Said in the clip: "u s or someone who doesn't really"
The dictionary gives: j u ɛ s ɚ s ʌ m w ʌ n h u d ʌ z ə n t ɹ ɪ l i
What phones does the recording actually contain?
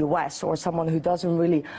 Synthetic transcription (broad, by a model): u ɛ s ɚ s ʌ m w ʌ n h u d ʌ z ə n t ɹ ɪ l i